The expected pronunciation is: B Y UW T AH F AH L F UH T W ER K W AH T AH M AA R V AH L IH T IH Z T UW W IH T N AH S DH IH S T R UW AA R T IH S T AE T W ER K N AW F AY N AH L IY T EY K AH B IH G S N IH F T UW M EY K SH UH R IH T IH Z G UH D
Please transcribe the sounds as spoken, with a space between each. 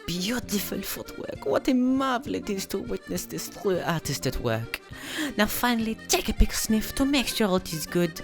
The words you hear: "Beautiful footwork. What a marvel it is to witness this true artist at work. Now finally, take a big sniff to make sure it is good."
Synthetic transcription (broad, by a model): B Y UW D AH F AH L F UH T W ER K W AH T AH M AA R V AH L IH T IH Z T UW W IH T N AH S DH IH S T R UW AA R T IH S T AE T W ER K N AW F AY N AH L IY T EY K AH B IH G S N IH F T UW M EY K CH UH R IH T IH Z G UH D